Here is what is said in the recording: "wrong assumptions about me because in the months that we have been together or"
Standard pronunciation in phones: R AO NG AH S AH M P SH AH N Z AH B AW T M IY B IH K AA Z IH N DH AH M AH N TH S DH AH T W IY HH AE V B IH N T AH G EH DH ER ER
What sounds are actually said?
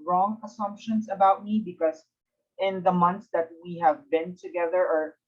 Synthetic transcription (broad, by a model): R AO NG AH S AH M P SH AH N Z AH B AW T M IY B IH K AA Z IH N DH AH M AH N TH S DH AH T W IY HH AE V B IH N T AH G EH DH ER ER